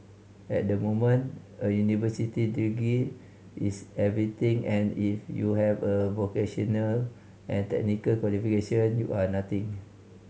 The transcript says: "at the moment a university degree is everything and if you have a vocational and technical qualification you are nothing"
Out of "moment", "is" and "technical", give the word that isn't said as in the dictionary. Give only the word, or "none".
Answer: is